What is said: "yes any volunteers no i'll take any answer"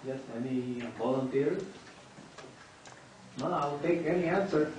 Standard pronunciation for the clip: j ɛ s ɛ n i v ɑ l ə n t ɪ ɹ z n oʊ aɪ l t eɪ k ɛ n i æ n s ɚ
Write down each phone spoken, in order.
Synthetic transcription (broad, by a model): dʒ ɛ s ɛ n i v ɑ l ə n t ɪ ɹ n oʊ aɪ l t eɪ k ɛ n i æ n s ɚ